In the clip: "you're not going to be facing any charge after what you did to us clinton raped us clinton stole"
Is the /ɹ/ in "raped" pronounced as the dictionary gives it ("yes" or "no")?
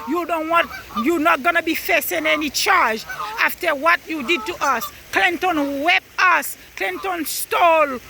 no